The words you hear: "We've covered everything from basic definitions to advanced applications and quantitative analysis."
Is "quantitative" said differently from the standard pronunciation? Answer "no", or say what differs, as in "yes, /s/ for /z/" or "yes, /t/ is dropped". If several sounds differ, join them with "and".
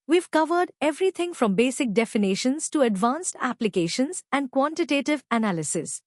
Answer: no